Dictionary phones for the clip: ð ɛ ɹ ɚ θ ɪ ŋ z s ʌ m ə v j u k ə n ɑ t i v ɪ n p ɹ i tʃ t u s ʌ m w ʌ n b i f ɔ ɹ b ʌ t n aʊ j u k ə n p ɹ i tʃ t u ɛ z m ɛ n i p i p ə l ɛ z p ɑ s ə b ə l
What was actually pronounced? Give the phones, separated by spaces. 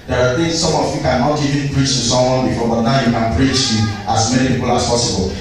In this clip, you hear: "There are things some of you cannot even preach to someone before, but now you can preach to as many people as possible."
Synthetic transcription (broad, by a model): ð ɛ ɹ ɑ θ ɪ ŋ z s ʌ m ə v j u k ə n ɑ t i v ɪ n p ɹ i tʃ t u s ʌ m w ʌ n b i f ɔ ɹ b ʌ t n aʊ j u k ə n p ɹ i tʃ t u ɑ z m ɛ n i p i p ə l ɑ s p ɑ s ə b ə l